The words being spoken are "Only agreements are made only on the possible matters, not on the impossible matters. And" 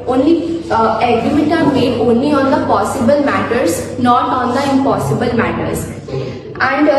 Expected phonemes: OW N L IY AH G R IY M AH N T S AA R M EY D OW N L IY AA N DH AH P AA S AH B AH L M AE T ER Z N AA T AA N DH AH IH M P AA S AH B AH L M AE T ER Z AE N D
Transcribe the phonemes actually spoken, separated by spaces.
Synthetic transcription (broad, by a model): OW N L IY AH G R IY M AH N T AA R M EY D OW N L IY AA N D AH P AA S AH B AH L M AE T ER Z N AA T AA N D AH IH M P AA S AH B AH L M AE T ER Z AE N D